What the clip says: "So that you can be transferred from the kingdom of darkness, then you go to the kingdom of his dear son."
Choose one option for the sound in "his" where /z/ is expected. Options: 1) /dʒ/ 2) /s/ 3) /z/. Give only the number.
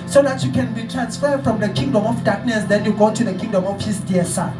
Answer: 2